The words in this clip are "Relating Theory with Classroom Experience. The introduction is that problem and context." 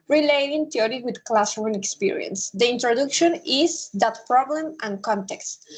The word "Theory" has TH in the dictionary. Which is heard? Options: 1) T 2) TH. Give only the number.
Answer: 1